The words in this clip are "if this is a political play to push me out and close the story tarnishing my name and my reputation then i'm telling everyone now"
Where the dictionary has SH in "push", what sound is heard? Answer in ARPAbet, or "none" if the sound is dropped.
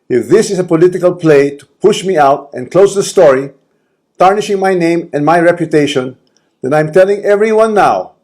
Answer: SH